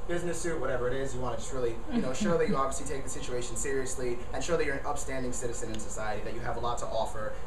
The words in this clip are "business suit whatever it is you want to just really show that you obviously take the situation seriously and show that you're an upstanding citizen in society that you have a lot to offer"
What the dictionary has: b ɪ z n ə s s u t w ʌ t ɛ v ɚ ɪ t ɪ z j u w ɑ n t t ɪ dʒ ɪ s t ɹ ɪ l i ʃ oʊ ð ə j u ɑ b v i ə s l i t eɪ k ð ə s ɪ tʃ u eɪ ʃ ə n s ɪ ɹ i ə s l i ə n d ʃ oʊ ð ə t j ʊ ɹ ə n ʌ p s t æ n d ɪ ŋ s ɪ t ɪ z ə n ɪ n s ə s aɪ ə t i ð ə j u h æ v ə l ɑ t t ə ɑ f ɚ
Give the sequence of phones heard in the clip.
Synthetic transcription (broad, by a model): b ɪ z n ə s s u t w ʌ t ɛ v ɚ ɪ t ɪ z j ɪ w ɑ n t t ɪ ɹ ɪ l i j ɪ n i ʃ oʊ ð ə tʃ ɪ ɑ b v i ə s l i t eɪ k ð ə s ɪ tʃ u eɪ ʃ ə n s ɪ ɹ i ə s l i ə n ʃ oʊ ð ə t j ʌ ɹ ə n ʌ p s t æ n d ɪ ŋ s ɪ t ɪ z ə n ɪ n s ə s aɪ ə t i ð ə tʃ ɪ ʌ v ə l ɑ t t ɑ f ɚ